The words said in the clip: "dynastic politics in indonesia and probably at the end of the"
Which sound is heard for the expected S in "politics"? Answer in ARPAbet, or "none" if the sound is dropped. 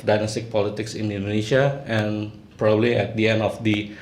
S